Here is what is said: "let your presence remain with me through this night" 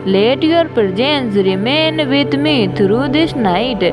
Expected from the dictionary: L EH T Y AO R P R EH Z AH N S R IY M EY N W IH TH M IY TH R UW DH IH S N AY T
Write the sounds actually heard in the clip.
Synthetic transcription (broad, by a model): L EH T Y AO R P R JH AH N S R IY M EY N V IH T M IY T R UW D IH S N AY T